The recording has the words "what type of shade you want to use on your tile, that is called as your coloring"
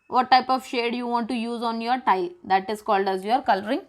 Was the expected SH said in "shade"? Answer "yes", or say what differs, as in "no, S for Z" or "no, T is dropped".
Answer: yes